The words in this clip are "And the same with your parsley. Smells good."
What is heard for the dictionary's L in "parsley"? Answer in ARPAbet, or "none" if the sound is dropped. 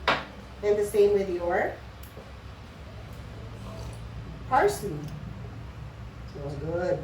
none